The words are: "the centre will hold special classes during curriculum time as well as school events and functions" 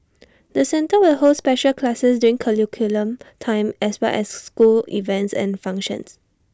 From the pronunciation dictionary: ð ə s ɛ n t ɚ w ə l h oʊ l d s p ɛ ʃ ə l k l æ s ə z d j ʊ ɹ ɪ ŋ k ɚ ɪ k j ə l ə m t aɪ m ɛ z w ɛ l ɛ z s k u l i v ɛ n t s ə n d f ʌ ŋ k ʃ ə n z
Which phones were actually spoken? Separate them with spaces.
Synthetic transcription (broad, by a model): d ə s ɛ n t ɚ w ə l h oʊ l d s p ɛ ʃ ə l k l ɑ s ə s d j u ɹ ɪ ŋ k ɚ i k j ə l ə m t aɪ m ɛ s w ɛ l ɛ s s k u l i v ɛ n t s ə n f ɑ ŋ k ʃ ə n s